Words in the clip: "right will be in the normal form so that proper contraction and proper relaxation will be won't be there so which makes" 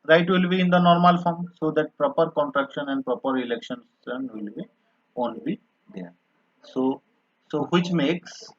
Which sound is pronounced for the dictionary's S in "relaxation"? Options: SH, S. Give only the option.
SH